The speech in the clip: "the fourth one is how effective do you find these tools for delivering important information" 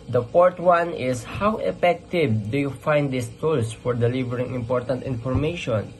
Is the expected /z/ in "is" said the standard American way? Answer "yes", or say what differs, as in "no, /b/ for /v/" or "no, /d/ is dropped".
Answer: no, /s/ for /z/